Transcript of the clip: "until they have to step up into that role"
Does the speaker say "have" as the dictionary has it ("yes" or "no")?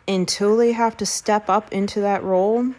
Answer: no